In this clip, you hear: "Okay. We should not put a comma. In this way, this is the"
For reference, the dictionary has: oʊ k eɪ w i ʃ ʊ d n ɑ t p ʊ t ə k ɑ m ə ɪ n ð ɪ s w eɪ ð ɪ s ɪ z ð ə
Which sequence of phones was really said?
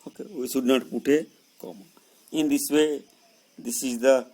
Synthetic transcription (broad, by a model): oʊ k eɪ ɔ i s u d n ɑ t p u t ə k ɑ m ə ɪ n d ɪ s w eɪ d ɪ s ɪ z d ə